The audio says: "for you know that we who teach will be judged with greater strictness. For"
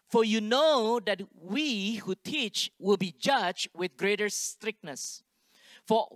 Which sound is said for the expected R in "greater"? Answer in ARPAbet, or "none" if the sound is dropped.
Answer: R